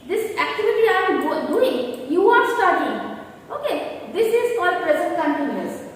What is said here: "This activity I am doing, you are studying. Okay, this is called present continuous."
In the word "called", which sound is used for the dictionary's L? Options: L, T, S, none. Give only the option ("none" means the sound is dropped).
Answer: none